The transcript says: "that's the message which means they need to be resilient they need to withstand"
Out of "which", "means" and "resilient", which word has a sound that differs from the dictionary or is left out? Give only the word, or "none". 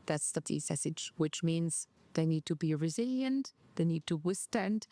none